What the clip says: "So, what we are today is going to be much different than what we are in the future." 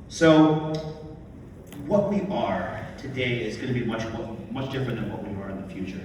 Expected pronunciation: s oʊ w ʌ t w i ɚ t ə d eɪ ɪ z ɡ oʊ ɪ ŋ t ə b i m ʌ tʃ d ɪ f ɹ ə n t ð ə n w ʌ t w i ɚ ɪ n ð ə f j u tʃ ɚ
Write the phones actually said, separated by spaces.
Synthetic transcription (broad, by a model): s oʊ w ʌ t w i ɚ t ə d eɪ ɪ z ɡ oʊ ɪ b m ə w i m ʌ tʃ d ɪ f ɹ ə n ð ə n w ʌ t w i ɚ ɪ n ð ə f j u tʃ ɚ